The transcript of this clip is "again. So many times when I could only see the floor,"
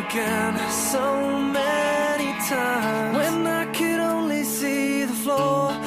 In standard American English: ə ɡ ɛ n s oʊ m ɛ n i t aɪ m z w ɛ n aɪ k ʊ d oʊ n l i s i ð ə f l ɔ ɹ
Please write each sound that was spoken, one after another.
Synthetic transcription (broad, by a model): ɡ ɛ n s oʊ m ɛ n i t aɪ m w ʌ n aɪ k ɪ d oʊ n l i s i ð ə f l ɔ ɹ